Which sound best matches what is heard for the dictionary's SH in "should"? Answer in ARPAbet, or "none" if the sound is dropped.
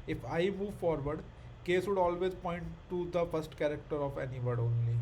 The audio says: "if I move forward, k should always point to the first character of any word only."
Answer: S